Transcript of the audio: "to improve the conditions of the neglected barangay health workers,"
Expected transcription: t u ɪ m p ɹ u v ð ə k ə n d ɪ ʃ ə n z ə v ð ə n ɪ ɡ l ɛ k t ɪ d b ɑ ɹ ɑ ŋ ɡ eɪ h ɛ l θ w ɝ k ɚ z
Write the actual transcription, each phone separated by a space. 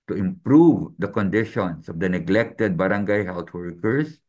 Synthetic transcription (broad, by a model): t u ɪ m p ɹ u v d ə k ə n d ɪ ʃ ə n s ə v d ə n ɪ ɡ l ɛ k t ɪ d b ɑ ɹ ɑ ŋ ɡ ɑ h ɛ l t w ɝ k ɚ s